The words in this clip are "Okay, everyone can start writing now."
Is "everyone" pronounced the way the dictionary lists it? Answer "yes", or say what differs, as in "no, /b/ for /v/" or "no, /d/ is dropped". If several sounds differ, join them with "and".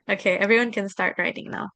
yes